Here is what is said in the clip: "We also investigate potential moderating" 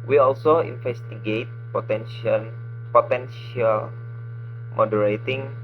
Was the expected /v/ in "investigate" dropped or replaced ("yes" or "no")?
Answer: yes